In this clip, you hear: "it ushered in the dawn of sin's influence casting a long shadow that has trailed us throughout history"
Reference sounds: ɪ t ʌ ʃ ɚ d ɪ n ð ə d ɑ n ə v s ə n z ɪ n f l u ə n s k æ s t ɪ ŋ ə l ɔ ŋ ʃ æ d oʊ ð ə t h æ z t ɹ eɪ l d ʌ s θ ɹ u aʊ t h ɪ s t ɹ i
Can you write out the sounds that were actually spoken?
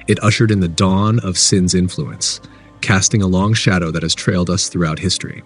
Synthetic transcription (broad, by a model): ɪ t ʌ ʃ ɚ d ɪ n ð ə d ɑ n ə v s ə n z ɪ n f l u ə n s k æ s t ɪ ŋ ə l ɔ ŋ ʃ æ d oʊ ð ə t h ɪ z t ɹ eɪ l d ʌ s θ ɹ u aʊ t h ɪ s t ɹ i